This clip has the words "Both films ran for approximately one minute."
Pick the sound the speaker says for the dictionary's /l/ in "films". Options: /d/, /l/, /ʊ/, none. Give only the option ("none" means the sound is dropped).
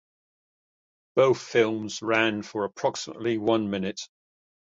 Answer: /l/